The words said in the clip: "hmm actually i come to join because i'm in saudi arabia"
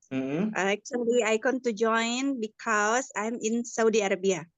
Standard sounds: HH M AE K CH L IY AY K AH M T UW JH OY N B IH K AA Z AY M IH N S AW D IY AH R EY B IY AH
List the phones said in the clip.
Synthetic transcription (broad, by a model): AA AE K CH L IY AY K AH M T UW JH OY N B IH K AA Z AY M IH N S AW D IY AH R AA B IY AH